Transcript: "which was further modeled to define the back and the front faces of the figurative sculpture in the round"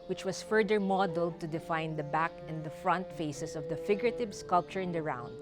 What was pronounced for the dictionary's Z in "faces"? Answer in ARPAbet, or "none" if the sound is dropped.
S